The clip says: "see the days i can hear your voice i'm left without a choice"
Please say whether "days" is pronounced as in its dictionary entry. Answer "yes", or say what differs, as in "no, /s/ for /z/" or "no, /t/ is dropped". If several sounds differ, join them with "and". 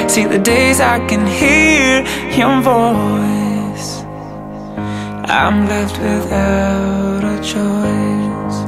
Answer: yes